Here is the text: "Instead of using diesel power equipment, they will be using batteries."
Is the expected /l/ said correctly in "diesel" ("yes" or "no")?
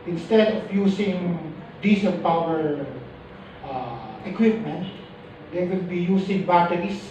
no